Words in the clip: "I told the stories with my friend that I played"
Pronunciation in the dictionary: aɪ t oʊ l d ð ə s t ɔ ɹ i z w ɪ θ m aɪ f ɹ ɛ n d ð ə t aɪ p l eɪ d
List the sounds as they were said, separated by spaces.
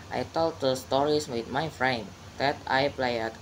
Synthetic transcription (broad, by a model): aɪ t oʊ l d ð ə s t ɔ ɹ i s w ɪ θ m aɪ f ɹ ɛ n d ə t aɪ p l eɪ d